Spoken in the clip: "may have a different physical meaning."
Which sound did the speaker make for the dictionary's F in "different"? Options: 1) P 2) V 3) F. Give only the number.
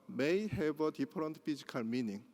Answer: 1